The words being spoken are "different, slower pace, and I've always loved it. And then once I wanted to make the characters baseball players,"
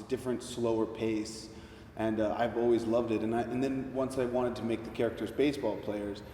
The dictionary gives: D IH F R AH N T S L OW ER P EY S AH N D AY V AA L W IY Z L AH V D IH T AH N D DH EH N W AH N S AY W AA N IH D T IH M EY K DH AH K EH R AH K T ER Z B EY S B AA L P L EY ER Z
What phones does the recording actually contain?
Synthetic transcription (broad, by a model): D IH F R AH N T S L OW ER P EY S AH N AY V AA L W IY Z L AH V D IH T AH N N DH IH N W AH N S AY W AA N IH D T IH M EY K DH AH K EH R AH K T ER Z B EY S B AA L P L EY ER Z